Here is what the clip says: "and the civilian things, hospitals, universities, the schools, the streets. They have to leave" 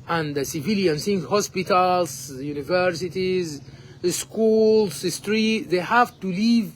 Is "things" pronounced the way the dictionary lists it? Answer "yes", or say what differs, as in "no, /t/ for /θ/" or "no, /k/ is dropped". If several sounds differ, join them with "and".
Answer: no, /s/ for /θ/